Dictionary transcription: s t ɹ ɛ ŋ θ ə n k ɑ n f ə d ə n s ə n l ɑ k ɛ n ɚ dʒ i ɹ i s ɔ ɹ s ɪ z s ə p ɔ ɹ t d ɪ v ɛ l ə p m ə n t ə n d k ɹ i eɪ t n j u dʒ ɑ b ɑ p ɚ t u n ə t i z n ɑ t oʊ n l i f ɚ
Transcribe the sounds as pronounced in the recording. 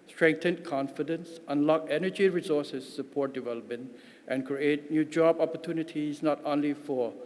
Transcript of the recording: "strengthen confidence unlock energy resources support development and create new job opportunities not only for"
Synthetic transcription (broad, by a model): s t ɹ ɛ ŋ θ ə n k ɑ n f ə d ə n s ə n l ɑ k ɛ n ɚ dʒ i ɹ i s ɔ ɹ s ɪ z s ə p ɔ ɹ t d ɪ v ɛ l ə p m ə n t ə n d k ɹ i eɪ t n j u dʒ ɑ b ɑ p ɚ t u n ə t i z n ɑ t oʊ n l i f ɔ